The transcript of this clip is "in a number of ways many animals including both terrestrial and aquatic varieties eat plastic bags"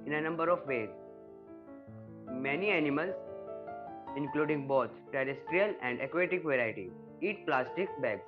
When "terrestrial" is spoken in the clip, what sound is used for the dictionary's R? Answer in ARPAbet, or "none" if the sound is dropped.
R